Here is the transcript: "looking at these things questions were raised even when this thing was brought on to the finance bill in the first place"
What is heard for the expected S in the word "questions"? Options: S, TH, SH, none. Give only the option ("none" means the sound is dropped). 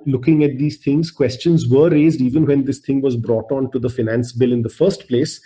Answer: S